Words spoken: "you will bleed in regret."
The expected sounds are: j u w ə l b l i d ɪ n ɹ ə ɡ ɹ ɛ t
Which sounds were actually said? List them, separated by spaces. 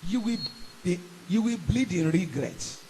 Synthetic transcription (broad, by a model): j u w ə w b l i d ɪ n ɹ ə ɡ ɹ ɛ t